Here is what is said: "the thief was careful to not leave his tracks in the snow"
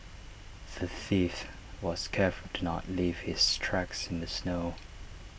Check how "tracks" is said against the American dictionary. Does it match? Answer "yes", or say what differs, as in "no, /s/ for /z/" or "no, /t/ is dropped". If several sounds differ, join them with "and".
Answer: yes